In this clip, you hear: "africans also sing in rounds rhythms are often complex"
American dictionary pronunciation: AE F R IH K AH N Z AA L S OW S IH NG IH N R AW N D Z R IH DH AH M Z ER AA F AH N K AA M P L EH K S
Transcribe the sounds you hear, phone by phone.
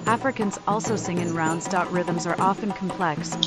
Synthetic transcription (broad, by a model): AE F R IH K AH N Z AA L S OW S IH NG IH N R AW N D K R IH DH AH M Z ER AA F AH N K M P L EH K S